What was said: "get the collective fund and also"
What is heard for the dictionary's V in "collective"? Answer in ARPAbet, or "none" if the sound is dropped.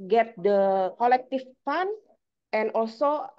F